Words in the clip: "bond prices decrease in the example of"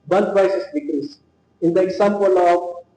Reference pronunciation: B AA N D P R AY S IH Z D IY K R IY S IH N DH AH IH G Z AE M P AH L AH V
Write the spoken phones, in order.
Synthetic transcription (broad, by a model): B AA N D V AY S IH S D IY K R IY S IH N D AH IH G S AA M P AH L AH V